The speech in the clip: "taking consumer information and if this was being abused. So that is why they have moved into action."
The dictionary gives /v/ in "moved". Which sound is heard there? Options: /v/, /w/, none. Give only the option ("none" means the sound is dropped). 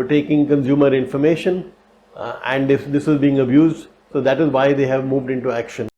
/v/